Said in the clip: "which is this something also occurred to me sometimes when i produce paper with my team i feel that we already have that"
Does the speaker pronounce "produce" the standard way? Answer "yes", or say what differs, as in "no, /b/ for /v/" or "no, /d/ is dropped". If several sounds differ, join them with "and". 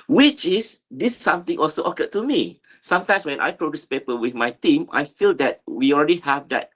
yes